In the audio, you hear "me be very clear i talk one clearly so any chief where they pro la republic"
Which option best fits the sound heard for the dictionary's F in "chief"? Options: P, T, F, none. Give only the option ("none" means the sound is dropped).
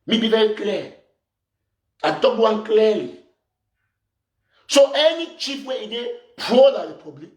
P